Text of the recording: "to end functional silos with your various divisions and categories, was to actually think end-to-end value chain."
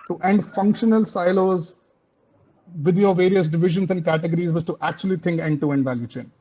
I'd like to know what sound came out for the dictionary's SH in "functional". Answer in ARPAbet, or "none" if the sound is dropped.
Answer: SH